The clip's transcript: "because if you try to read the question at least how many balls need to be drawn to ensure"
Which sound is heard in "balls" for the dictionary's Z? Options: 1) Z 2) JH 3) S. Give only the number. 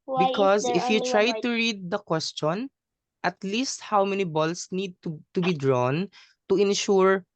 3